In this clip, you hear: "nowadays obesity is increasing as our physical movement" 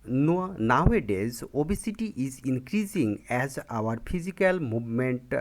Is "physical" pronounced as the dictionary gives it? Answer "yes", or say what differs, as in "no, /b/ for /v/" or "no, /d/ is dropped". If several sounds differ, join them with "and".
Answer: no, /p/ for /f/